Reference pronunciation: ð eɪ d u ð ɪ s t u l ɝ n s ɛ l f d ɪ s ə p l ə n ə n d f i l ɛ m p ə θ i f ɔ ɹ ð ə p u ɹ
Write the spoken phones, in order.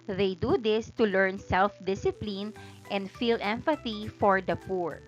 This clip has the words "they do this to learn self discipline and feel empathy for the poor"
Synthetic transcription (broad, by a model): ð eɪ d u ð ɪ s t u l ɝ n s ɛ l f d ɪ s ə p l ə n ə n d f i l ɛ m f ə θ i f ɔ ɹ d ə p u ɹ